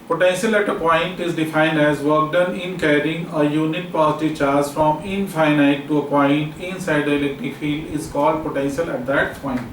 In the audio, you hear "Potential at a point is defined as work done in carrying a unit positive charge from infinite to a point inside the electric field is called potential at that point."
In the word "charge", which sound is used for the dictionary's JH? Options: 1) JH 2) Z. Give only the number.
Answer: 2